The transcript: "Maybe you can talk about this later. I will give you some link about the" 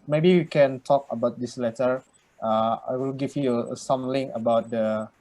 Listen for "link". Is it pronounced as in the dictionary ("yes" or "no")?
no